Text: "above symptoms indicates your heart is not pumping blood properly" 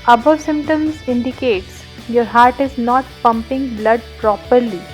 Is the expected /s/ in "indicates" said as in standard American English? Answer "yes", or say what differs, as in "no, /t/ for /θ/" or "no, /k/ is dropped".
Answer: yes